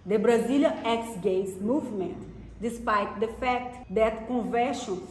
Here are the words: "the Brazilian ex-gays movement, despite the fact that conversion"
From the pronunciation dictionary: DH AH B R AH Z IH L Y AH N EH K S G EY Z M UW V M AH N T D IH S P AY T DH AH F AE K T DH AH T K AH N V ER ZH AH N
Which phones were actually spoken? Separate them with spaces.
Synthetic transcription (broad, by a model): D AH B R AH Z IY L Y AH EH K S G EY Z M UW V M AH N T D IH S P AY T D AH F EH K T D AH T K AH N V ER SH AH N